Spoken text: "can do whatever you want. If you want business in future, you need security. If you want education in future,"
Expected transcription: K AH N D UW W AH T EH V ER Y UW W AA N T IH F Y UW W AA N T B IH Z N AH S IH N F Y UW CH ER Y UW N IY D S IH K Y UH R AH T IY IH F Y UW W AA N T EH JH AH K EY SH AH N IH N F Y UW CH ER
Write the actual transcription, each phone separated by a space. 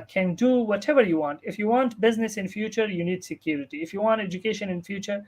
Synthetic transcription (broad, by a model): K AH N D UW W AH T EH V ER Y UW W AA N T IH F Y UW W AA N T B IH Z N AH S IH N F Y UW CH ER Y UW N IY D S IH K Y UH R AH T IY IH F Y UW W AA N T EH JH AH K EY SH AH N IH N F Y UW CH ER